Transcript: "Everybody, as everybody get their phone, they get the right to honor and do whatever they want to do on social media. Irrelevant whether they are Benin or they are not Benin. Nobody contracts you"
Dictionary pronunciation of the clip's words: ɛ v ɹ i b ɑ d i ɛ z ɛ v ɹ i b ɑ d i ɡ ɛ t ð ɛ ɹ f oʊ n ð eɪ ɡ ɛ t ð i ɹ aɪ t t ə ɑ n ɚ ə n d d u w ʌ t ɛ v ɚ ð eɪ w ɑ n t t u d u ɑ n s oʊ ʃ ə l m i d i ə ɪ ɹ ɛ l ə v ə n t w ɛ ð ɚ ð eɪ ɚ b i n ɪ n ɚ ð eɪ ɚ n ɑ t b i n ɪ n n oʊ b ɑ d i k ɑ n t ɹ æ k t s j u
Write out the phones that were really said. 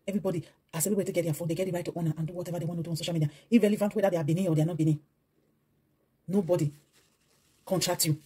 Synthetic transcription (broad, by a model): ɛ v ɹ i b ɑ d i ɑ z ɛ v i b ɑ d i ɡ ɛ t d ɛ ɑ f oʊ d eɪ ɡ ɛ t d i ɹ aɪ t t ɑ n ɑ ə n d d u w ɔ t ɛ v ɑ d eɪ w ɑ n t t u d u ɑ n s oʊ ʃ ə l m i d i ə ɪ ɹ ɛ l ə v ə n t w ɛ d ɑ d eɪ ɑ b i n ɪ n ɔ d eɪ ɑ n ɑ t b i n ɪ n n oʊ b ɑ d i k ɑ n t ɹ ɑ k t j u